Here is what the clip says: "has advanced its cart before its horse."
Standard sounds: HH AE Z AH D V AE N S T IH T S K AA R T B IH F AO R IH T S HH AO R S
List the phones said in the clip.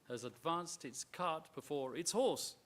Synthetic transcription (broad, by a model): HH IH Z AH D V AE N S T IH T S K AA R T B IH F AO R IH T S HH AO R S